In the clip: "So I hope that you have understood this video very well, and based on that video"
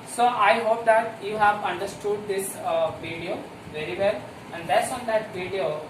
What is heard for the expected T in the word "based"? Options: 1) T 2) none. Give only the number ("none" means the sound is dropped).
2